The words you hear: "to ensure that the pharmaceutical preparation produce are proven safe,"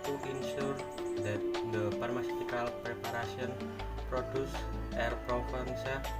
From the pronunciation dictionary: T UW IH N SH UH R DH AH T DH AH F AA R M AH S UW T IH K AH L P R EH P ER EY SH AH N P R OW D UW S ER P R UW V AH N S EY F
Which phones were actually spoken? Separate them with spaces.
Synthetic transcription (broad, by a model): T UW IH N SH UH R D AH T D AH P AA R M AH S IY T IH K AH L P R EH P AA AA S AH N P R OW D UW S ER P R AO F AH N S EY